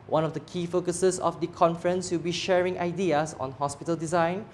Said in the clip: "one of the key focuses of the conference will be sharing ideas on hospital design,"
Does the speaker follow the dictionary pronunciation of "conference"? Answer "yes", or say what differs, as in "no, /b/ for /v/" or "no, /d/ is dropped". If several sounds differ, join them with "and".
yes